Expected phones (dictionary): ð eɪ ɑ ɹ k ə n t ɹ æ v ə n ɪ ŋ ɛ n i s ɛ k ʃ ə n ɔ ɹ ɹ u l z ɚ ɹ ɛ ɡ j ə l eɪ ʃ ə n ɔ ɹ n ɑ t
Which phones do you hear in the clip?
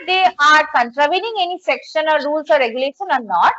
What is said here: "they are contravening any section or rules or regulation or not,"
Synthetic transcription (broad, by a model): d eɪ ɑ ɹ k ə n t ɹ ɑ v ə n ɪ ŋ ɛ n i s ɛ k ʃ ə n ɔ ɹ ɹ u l s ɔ ɹ ɛ ɡ j ə l eɪ ʃ ə n ɔ ɹ n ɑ t